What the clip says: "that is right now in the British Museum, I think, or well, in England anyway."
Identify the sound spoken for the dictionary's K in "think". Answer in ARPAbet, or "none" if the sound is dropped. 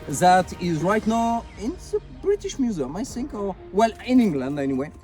K